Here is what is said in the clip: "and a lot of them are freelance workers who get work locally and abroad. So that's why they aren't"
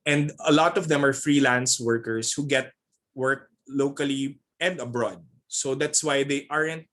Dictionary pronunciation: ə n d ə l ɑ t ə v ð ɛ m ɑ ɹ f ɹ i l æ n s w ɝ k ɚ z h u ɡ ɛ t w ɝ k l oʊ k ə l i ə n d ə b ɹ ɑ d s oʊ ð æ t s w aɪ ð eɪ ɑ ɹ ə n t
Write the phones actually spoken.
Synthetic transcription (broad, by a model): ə n d ə l ɑ t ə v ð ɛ m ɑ ɹ f ɹ i l æ n s w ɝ k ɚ s h u ɡ ɛ t w ɝ k l oʊ k ə l i ə n d ə b ɹ ɑ d s oʊ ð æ t s w aɪ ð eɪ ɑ ɹ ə n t